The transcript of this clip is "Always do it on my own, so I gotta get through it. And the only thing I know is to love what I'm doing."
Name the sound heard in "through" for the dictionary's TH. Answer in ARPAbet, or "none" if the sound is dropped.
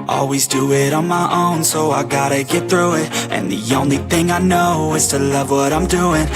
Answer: TH